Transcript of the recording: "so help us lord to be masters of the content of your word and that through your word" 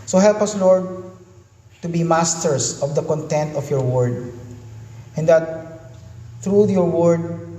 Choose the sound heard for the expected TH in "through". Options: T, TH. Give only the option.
T